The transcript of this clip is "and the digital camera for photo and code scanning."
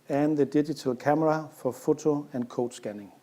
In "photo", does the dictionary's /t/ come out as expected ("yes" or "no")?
no